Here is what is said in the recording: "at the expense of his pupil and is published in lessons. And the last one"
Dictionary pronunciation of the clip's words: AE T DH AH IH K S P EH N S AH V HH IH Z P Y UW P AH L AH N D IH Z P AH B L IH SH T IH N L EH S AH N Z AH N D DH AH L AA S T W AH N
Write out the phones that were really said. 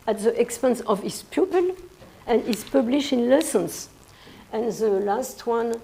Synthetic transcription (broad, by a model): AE T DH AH IH K S P EH N S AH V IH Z P Y UW P AH L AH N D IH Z P AH B L IH SH T IH N L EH S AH N S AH N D DH AH L AA S T W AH N